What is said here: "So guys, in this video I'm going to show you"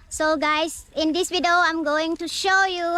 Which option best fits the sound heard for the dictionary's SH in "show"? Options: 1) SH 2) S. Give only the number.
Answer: 1